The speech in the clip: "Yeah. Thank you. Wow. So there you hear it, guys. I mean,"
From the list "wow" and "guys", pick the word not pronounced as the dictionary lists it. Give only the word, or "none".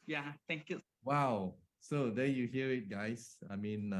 guys